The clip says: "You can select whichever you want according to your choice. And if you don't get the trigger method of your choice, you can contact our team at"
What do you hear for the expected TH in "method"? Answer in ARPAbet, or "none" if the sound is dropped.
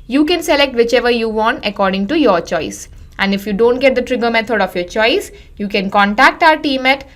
T